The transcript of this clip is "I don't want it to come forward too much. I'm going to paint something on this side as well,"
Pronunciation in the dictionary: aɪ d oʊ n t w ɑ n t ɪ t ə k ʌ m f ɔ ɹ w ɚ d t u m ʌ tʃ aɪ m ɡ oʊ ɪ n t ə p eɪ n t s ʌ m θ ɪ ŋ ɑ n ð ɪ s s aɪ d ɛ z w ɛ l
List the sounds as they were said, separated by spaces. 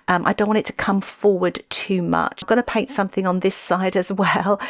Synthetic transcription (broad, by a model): aɪ d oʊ n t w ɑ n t ɪ t ə k ʌ m f ɔ w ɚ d t u m ʌ tʃ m ɡ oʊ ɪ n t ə p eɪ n t s ʌ m θ ɪ ŋ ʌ n ð ɪ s s aɪ d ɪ z w ɛ l